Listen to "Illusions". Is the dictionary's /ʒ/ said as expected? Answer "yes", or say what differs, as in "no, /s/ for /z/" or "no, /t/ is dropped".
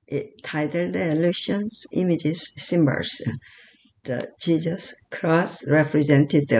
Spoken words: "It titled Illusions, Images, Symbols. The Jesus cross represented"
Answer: no, /ʃ/ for /ʒ/